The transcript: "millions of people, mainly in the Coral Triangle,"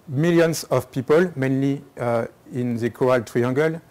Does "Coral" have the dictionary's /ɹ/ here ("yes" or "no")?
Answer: no